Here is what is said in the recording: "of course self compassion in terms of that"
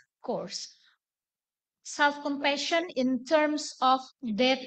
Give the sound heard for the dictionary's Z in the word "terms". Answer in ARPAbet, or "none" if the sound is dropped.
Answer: S